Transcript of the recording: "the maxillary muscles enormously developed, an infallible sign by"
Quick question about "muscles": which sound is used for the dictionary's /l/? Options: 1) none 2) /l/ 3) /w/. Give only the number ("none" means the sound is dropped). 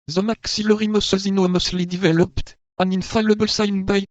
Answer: 1